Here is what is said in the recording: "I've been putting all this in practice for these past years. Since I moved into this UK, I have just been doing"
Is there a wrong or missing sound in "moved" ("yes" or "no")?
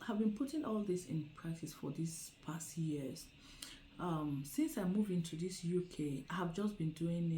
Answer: yes